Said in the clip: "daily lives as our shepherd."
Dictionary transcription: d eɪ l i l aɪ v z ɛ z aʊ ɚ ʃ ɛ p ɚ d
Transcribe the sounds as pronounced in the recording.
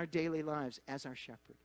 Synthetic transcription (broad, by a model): d eɪ l i l aɪ v z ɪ z aʊ ɚ ʃ ɛ p ɚ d